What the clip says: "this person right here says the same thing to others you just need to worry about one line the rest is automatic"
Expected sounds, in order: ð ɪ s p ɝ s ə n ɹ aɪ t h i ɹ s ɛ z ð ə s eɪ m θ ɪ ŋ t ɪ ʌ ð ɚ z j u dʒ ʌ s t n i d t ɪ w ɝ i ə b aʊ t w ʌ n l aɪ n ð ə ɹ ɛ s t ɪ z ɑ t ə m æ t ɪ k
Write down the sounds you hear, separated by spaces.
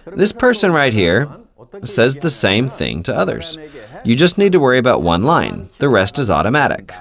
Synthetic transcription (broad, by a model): ð ɪ s p ɝ s ə n ɹ aɪ t h i ɹ s ɛ z ð ə s eɪ m θ ɪ ŋ t ɪ ʌ ð ɚ z j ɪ dʒ ʌ s t n i d t ɪ w ɝ i ə b aʊ t w ʌ n l aɪ n ð ə ɹ ɛ s t ɪ z ɑ t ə m æ t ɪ k